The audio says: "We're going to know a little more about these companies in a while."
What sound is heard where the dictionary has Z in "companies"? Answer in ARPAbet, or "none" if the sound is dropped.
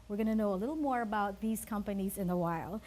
Z